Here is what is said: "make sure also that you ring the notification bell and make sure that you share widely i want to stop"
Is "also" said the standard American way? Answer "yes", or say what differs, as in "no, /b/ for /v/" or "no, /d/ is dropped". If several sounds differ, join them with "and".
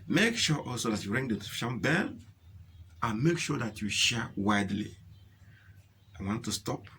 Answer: yes